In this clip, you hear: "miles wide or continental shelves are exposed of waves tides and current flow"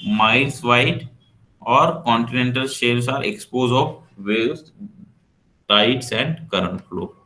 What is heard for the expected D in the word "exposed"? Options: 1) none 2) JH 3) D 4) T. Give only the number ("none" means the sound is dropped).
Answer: 1